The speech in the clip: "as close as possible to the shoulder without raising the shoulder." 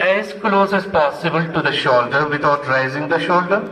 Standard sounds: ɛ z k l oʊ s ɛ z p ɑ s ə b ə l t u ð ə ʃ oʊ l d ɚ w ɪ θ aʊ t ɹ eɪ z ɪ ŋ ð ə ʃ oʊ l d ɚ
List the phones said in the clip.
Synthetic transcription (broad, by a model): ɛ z k l oʊ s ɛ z p ɑ s ə b ə l t u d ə ʃ oʊ l d ɚ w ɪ t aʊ t ɹ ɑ z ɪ ŋ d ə ʃ oʊ l d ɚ